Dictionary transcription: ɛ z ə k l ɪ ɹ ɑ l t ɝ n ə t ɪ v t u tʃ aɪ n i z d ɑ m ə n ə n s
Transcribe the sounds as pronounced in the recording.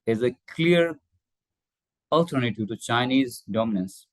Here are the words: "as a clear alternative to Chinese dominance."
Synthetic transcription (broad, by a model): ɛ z ə k l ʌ ɹ ɑ l t ɝ n ə t ɪ v t u tʃ aɪ n i z d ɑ m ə n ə n s